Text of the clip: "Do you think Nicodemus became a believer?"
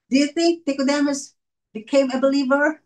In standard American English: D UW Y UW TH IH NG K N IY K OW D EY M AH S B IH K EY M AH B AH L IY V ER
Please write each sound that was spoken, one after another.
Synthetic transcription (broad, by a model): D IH Y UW TH IH NG K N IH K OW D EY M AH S B IH K EY M AH B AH L IY V ER